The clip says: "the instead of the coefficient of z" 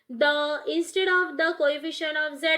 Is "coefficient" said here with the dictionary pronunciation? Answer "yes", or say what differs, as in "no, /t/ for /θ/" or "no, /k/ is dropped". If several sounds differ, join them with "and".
no, /t/ is dropped